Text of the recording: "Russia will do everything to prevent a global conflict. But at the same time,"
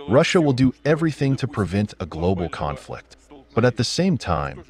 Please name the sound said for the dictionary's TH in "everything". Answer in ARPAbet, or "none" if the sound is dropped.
TH